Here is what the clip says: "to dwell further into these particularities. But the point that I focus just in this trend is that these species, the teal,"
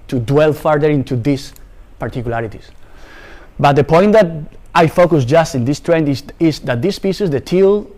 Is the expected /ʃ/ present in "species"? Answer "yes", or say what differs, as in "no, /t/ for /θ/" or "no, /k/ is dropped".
no, /s/ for /ʃ/